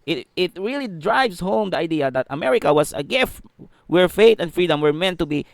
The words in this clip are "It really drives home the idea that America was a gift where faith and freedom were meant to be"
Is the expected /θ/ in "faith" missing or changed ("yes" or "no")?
yes